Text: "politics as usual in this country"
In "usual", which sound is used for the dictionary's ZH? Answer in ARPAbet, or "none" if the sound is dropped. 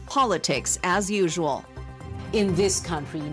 ZH